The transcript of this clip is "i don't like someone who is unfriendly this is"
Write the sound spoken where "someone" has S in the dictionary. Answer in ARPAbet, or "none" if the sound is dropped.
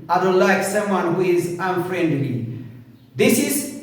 S